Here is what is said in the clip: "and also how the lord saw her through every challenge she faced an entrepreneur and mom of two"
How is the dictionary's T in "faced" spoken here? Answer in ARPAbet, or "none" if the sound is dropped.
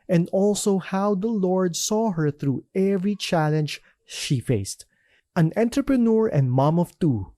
T